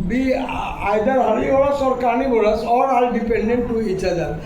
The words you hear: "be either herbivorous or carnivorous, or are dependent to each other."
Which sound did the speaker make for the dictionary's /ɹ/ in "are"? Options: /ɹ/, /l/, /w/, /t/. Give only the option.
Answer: /l/